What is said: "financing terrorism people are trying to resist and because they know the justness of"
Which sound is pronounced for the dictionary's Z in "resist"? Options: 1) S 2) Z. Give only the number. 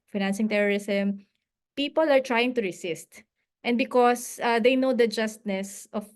1